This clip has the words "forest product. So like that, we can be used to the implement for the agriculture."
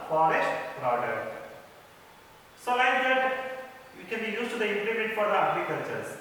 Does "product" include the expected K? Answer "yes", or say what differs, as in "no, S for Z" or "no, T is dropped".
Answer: no, K is dropped